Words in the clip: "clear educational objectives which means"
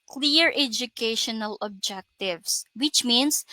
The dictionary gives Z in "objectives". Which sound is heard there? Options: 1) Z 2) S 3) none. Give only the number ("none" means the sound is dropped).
2